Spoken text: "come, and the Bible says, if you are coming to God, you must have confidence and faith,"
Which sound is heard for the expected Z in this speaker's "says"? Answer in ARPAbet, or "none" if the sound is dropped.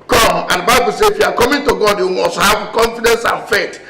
none